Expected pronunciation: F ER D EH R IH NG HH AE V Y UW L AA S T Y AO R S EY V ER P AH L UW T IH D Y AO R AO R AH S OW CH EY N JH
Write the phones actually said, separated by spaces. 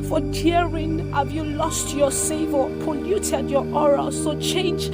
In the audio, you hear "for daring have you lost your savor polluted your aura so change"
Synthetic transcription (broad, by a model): F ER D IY R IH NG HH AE V Y UW L AA S T Y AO S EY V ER P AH L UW T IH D Y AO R AO R AH S OW CH EY N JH